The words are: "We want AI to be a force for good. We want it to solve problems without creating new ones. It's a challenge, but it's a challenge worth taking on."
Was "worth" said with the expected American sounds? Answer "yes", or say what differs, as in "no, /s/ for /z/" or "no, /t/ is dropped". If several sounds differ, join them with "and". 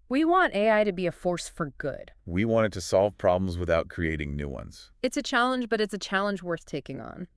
yes